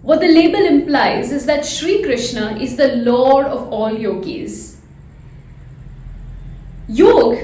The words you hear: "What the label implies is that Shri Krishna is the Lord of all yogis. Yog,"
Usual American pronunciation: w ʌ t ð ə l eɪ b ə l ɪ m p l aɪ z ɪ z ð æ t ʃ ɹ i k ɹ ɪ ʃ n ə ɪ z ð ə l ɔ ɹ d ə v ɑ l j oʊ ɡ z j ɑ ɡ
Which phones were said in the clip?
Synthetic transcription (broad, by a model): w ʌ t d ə l eɪ b ə l ɪ m p l aɪ z ɪ z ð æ t ʃ ɹ i k ɹ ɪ ʃ n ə ɪ z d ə l ɔ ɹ d ə v ɑ l j oʊ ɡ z j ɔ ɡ